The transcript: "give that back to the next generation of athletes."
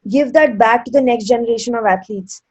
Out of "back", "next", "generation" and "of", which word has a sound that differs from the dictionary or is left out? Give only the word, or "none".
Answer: none